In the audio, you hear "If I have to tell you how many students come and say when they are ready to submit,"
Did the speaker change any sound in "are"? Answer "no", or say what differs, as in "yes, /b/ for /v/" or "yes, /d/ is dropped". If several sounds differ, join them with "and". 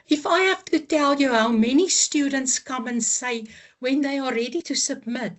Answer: yes, /l/ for /ɹ/